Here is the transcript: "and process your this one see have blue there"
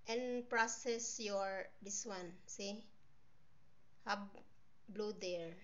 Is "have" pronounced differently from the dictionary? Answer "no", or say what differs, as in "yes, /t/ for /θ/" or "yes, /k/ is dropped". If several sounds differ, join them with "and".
yes, /b/ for /v/